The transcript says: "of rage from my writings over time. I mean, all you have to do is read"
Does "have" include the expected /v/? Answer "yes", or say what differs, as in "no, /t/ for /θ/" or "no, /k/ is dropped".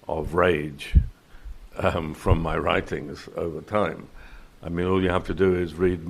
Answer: no, /f/ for /v/